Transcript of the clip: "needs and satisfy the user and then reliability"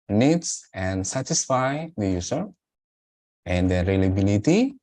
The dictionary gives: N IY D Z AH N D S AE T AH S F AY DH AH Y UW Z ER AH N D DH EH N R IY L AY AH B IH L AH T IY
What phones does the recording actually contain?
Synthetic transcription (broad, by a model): N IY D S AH N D S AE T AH S F AY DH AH Y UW S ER AH N D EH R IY L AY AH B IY L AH T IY